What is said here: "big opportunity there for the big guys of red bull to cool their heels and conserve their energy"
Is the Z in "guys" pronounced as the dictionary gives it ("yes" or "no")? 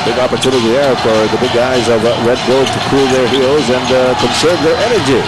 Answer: yes